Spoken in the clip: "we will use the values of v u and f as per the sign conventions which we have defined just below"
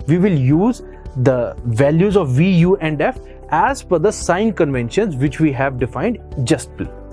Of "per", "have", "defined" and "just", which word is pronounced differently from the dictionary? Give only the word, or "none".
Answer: per